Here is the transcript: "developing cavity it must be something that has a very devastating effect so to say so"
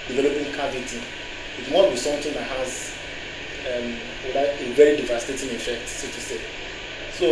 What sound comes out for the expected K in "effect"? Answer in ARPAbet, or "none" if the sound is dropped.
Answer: K